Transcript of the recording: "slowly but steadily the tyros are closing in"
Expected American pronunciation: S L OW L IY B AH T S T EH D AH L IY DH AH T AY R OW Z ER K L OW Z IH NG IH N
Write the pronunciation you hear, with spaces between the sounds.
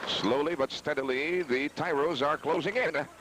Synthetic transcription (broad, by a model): S L OW L IY B AH T S T EH D AH L IY DH AH T AY R OW Z ER K L OW Z IH NG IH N